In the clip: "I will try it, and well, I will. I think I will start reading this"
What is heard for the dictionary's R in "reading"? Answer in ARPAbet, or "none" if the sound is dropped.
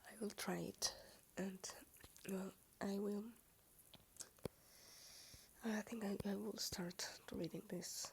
R